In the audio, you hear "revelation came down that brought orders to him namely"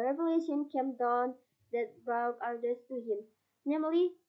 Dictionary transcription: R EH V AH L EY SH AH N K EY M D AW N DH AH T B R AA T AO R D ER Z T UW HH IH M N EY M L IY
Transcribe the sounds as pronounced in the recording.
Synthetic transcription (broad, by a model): R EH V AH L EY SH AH N K EY M D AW N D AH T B AA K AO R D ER S T UW HH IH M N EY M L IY